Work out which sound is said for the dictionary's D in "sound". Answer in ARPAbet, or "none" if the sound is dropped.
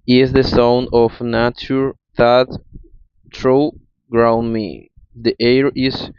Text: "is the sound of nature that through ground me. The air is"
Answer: none